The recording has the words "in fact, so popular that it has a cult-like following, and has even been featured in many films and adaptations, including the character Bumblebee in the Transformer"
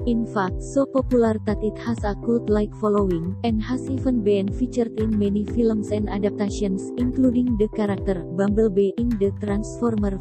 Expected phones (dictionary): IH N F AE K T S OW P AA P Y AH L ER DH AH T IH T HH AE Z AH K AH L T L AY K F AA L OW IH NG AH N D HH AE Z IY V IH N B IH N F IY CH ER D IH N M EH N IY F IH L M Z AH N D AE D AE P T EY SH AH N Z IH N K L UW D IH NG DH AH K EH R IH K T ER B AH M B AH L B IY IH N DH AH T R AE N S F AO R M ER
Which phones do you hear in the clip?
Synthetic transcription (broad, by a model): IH N F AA K T S OW P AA P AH L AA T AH T IH T HH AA S AH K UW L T L AY K F AA L OW IH NG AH N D HH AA S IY F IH N B IH N F IY CH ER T IH N M EH N IY F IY L M S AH N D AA D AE P T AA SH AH N S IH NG K L UW D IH NG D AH K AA R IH K T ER B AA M B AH L B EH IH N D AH T R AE N S F AO R M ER